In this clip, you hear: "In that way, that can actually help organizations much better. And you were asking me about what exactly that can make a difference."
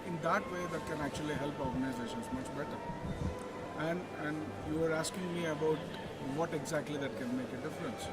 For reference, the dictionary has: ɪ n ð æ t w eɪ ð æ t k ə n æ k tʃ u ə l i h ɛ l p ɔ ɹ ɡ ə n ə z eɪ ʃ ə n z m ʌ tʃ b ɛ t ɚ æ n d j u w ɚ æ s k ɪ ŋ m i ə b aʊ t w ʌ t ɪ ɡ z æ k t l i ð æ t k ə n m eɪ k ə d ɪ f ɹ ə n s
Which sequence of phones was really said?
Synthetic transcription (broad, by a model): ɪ n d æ t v eɪ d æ t k ə n æ k tʃ u ə l i h ɛ l p ɔ ɹ ɡ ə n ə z eɪ ʃ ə n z m ʌ tʃ b ɛ t ɚ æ n d j u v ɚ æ s k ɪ ŋ m i ə b aʊ t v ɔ t ɪ ɡ z æ k t l i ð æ t k ə n m eɪ k ə d ɪ f ɹ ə n s